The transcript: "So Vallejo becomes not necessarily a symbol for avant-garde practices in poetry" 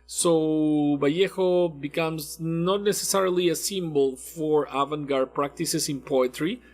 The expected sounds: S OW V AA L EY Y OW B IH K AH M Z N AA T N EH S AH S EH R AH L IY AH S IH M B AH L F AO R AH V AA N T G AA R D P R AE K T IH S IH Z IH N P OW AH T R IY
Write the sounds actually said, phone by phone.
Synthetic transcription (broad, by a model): S OW B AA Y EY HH OW B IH K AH M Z N AA T N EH S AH S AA R L IY AH S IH M B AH L F AO R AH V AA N G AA R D P R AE K T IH S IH S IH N P OW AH T R IY